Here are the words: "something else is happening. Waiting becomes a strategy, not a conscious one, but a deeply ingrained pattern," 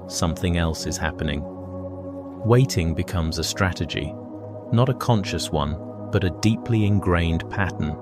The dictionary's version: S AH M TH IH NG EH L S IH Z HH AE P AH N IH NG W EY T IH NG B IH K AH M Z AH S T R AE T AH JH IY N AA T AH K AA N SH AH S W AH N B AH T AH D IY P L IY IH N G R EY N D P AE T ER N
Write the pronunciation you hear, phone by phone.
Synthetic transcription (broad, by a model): S AH M TH IH NG EH L S IH Z HH AE P AH N IH NG W EY T IH NG B IH K AH M Z AH S T R AE T AH JH IY N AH T AH K AA N SH AH S W AH N B AH T AH D IY P L IY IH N G R EY N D P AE T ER N